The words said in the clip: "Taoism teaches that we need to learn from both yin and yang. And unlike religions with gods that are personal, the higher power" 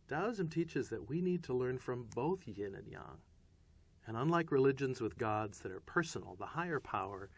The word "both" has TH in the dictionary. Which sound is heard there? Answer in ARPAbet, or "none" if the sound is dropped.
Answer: TH